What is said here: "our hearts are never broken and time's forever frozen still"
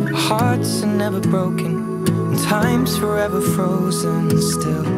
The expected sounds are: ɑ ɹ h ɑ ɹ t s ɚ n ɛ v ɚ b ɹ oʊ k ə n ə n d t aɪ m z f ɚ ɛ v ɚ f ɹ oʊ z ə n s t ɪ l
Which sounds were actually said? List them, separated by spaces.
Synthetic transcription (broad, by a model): h ɑ ɹ t s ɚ n ɛ v ɚ b ɹ oʊ ə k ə n t aɪ m z f ɚ ɛ v ɚ f ɹ oʊ z ə n s t ɪ l